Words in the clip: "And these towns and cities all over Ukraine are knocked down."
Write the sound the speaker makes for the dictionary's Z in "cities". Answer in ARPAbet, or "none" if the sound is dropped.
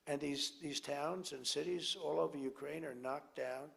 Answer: Z